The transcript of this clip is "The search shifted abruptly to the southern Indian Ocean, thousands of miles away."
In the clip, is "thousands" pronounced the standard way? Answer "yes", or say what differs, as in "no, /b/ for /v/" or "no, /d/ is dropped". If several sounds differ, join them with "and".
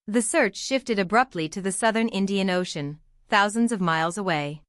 yes